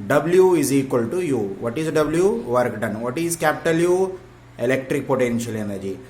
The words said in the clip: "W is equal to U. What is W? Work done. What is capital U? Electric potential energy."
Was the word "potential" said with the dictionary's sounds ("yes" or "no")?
yes